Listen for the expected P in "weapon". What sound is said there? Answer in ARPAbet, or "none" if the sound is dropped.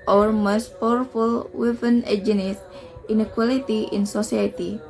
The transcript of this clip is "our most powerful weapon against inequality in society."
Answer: F